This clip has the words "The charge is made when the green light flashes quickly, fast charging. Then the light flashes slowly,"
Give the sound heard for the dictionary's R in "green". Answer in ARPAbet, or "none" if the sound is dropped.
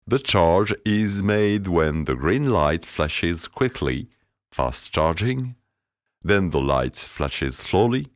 R